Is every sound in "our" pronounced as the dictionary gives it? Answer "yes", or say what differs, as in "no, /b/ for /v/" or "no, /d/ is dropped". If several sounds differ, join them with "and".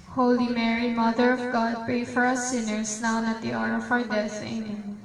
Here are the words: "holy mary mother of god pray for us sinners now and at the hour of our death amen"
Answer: no, /w/ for /ɹ/